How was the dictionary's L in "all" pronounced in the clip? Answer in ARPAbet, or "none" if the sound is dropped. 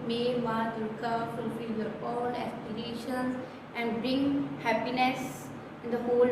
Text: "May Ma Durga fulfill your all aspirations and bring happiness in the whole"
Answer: N